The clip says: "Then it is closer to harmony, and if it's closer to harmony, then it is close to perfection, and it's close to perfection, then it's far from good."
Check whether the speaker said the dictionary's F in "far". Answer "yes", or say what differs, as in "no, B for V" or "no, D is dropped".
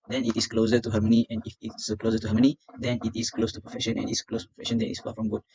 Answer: no, P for F